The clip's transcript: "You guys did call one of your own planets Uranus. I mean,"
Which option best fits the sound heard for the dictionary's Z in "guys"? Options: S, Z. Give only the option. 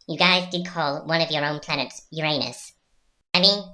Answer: Z